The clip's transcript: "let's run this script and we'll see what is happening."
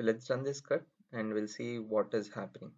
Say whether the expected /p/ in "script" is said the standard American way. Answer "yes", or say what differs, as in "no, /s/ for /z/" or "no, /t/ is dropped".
no, /p/ is dropped